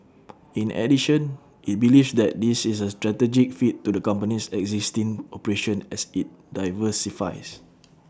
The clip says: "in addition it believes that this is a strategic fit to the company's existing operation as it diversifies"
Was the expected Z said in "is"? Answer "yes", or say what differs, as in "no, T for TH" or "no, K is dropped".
no, S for Z